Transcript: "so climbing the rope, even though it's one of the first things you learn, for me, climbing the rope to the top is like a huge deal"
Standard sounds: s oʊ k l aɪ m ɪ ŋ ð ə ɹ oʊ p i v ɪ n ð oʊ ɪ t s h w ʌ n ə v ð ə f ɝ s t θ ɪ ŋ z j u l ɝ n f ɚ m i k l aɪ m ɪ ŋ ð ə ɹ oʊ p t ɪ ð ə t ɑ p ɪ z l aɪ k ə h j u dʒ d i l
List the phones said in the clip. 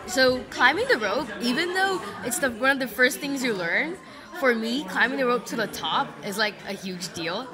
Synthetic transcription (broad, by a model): s oʊ k l aɪ m ɪ ŋ ð ə ɹ oʊ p i v ɪ n ð oʊ ɪ t s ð w ʌ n ə v ð ə f ɝ s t θ ɪ ŋ z j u l ɝ n f ɚ m i k l aɪ m ɪ ŋ ð ə ɹ oʊ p t ɪ ð ə t ɑ p ɪ z l aɪ k ə h j u dʒ d i l